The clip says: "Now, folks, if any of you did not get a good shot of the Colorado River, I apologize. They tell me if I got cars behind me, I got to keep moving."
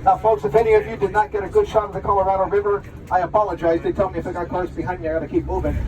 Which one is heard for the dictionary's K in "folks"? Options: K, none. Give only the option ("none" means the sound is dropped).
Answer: none